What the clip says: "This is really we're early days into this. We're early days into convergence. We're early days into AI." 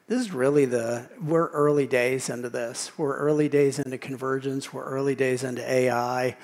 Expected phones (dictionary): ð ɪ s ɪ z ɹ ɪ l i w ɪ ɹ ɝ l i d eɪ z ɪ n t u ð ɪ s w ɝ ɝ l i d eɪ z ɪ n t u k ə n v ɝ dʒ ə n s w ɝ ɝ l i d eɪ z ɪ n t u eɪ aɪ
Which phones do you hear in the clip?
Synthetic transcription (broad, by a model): ð ɪ s ɪ z ɹ ɪ l i w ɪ ɹ ɝ l i d eɪ z ɪ n t u ð ɪ s w ɝ ɝ l i d eɪ z ɪ n t u k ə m v ɝ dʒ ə n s w ɝ ɝ l i d eɪ z ɪ n t u eɪ aɪ